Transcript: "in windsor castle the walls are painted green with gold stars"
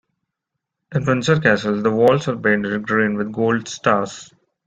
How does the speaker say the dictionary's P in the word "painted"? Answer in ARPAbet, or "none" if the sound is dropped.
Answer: B